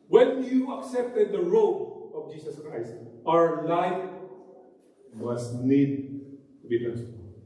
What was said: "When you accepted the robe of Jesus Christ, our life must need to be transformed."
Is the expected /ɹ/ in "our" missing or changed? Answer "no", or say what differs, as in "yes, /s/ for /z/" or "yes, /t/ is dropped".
no